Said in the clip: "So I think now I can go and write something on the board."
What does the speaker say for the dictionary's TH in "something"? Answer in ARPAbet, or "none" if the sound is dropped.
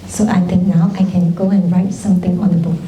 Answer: T